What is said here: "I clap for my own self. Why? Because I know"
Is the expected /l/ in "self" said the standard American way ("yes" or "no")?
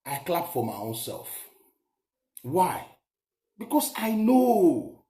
yes